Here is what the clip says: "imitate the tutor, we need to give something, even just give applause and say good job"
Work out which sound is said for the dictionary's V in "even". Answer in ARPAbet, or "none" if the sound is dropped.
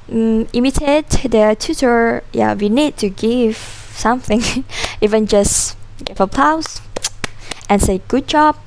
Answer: V